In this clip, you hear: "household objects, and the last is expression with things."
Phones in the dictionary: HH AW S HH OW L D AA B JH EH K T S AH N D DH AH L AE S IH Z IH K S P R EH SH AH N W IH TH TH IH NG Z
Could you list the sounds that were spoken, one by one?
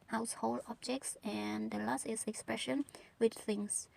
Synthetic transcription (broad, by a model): HH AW S HH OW L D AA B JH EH K T S AH N D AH L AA S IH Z IH K S P R EH SH AH N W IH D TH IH NG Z